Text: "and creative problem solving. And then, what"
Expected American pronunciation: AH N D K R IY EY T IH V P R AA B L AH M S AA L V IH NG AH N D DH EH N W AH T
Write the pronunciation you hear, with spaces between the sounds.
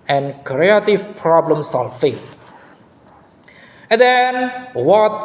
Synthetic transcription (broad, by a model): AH N K R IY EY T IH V P R AA B L AH M S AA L F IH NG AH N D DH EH N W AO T